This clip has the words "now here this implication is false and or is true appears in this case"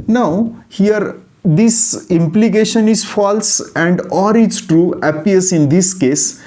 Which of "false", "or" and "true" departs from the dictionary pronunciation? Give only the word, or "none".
none